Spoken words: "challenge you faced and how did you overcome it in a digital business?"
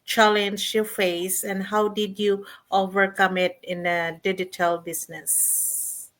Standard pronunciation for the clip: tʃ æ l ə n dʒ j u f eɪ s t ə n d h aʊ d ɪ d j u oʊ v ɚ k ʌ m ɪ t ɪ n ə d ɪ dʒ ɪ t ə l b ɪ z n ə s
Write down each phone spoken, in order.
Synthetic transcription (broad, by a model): tʃ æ l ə n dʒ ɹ f eɪ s ə n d h aʊ d ɪ d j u oʊ v ɚ k ʌ m ɪ t ɪ n ə d ɪ dʒ ɪ t ə l b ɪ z n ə s